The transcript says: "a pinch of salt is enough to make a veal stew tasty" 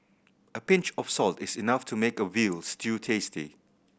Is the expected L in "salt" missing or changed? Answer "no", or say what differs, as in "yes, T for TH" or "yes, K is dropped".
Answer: no